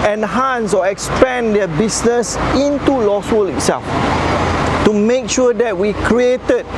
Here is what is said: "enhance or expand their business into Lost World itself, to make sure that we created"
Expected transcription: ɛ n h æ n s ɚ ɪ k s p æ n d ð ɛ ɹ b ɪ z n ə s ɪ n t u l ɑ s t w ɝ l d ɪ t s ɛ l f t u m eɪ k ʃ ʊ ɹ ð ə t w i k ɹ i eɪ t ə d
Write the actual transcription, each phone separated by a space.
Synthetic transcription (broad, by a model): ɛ n h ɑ n s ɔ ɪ k s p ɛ n d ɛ b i s n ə s ɪ n t u l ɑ s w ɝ l ɪ t s ɛ l f t u m eɪ k ʃ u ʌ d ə t w i k ɹ i eɪ t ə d